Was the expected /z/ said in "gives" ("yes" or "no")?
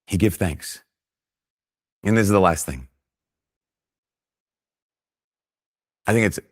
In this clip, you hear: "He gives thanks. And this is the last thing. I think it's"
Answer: no